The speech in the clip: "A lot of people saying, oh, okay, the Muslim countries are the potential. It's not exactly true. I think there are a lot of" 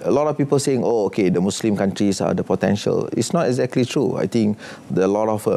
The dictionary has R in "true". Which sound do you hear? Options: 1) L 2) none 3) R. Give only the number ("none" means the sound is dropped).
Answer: 3